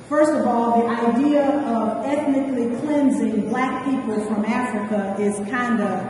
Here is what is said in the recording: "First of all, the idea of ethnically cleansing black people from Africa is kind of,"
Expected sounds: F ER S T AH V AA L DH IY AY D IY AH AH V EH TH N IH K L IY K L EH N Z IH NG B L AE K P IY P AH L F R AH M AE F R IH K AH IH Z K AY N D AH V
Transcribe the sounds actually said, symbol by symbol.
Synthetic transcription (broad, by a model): F ER S T AH V AA L DH IY AY D IY AH AH V EH TH N IH K L IY K L EH N Z IH NG B L AE K P IY P AH L F R AH M AE F R IH K AH IH Z K AY N D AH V